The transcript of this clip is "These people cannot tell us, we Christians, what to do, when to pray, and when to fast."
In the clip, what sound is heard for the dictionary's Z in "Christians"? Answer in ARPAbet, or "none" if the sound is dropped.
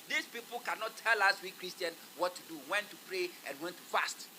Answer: none